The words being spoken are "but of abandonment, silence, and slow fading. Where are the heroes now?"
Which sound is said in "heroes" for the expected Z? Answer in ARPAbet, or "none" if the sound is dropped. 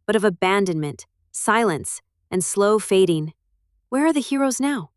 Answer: Z